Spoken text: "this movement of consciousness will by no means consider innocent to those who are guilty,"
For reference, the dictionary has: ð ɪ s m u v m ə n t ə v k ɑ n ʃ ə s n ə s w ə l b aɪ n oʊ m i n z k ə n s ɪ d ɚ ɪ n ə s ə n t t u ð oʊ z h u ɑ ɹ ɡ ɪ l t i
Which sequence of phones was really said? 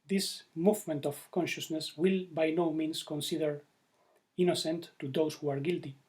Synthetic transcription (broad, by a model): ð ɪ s m u v m ə n t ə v k ɑ n ʃ ə s n ə s w ə l b aɪ n oʊ m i n s k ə n s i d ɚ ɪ n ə s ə n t t u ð oʊ s h u ɑ ɹ ɡ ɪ l t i